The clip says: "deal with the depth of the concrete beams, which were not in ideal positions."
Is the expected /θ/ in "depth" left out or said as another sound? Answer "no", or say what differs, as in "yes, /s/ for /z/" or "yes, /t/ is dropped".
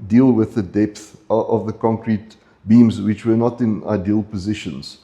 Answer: no